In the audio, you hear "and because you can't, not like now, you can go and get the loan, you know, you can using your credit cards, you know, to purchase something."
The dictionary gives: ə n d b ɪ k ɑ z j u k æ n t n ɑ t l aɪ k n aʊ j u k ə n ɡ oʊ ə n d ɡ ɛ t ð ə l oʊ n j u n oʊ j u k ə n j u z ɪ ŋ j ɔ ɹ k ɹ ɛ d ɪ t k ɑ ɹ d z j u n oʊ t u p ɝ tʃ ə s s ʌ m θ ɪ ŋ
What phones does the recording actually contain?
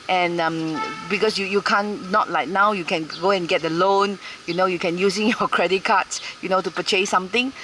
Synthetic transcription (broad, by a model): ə n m b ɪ k ɑ s j u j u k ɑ n ɑ t l aɪ k n aʊ j u k ə n ɡ oʊ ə n ɡ ɛ t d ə l oʊ n j u n oʊ j u k ə n j u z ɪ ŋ j ɔ k ɹ ɛ d ɪ t k ɑ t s j u n oʊ t u p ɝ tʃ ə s s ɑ m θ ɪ ŋ